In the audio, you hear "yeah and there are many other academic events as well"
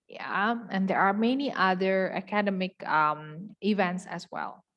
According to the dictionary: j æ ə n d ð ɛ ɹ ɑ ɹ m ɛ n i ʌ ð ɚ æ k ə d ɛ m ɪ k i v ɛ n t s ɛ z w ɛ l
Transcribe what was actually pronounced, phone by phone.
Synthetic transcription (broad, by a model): j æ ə n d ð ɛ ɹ ɑ ɹ m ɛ n i ʌ ð ɚ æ k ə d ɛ m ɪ k i v ɛ n t s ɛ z w ɛ l